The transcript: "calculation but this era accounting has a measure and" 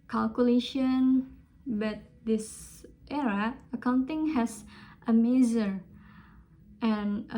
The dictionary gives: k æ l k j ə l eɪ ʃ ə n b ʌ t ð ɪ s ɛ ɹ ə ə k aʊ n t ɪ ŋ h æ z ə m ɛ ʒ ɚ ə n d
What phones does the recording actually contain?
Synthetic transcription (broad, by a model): k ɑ l k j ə l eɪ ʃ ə n b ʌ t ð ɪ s ɛ ɹ ə ə k aʊ n t ɪ ŋ h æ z ə m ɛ z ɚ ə n